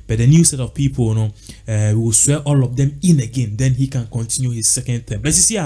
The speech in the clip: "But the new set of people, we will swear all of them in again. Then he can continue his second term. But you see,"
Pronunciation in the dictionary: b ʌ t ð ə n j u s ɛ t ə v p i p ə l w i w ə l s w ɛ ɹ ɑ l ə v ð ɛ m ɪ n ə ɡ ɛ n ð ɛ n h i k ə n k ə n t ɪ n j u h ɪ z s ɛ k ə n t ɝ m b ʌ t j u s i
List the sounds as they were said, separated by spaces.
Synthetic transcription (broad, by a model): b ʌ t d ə n j u s ɛ t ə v p i p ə n w i w ə l s w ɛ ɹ ɑ l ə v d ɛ m ɪ n ə ɡ ɛ n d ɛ n h i k ə n k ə n t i n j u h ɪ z s ɛ k ə n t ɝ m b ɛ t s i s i